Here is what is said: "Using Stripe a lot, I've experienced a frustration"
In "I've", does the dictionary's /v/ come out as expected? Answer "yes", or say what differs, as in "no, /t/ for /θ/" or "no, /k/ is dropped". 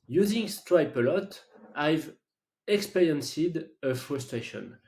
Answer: yes